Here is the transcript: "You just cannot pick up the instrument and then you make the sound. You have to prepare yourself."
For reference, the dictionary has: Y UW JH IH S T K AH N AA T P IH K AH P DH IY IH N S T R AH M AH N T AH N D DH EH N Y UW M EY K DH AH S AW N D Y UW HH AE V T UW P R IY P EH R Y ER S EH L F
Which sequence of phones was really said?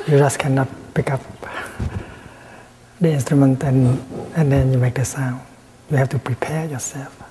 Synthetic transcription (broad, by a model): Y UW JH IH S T K AH N AA T P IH K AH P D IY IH N S T R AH M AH N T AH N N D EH N Y UW M EY K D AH S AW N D Y UW HH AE F T UW P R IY P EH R Y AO S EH L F